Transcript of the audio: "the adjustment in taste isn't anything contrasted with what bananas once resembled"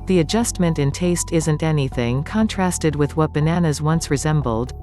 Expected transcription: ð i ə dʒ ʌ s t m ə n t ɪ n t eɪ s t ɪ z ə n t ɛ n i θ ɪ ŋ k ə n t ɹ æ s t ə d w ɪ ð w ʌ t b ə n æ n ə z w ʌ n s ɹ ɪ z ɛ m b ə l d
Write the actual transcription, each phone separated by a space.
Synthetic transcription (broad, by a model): ð i ə dʒ ʌ s t m ə n t ɪ n t eɪ s t ɪ z ə n t ɛ n i θ ɪ ŋ k ə n t ɹ æ s t ə d w ɪ ð w ʌ t b ə n æ n ə z w ʌ n s ɹ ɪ z ɛ m b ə l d